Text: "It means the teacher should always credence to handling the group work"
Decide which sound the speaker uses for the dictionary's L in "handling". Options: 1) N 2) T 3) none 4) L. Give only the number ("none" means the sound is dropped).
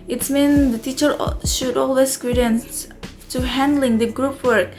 4